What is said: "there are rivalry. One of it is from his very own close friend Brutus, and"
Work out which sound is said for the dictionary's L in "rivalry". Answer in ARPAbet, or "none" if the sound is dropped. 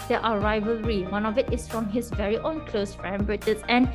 L